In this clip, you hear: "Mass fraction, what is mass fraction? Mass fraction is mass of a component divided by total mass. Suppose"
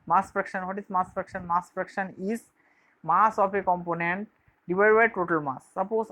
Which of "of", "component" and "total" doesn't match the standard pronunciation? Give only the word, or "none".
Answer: of